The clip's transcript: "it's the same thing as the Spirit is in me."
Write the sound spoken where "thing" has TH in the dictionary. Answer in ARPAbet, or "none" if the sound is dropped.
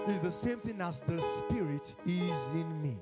TH